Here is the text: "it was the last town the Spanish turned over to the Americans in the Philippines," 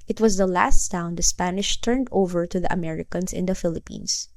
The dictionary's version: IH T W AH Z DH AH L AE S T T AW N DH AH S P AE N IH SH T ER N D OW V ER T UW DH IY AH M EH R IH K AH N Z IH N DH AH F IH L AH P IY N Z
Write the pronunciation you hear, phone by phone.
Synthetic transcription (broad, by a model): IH T W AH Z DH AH L AE S T S AW N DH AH S P AE N IH SH T ER N D OW V ER T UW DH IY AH M EH R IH K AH N S IH N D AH F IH L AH P IY N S